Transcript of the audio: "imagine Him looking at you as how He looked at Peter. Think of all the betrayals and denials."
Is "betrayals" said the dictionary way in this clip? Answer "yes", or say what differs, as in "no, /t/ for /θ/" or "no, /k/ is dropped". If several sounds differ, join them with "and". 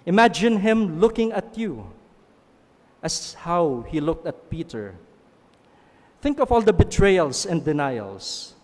no, /s/ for /z/